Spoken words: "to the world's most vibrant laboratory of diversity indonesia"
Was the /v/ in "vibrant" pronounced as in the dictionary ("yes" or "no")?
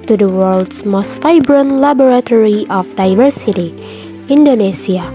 no